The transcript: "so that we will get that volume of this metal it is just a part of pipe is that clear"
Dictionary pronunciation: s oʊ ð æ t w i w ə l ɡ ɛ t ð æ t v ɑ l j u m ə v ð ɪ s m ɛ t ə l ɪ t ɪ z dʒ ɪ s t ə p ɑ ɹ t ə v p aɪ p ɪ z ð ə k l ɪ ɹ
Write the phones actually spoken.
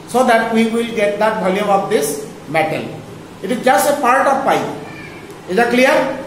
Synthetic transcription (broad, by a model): s oʊ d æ t w i w ə l ɡ ɛ t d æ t b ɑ l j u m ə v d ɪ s m ɛ t ə l ɪ t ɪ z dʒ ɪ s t ə p ɑ ɹ t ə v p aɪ ɪ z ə k l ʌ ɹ